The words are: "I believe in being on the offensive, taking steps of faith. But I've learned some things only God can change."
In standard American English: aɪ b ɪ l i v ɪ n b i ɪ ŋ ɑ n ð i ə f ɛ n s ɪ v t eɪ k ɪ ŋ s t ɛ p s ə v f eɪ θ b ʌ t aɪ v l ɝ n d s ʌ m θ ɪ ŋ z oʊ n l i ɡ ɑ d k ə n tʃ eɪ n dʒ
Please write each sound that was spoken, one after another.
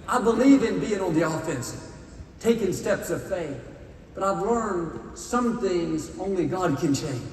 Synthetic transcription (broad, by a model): aɪ b ɪ l i v ɪ n b i ɪ ŋ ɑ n ð i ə f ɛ n s t eɪ k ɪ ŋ s t ɛ p s ə v f eɪ θ b ʌ t aɪ v l ɝ n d s ʌ m θ ɪ ŋ z oʊ n l i ɡ ɑ d k ə n tʃ eɪ n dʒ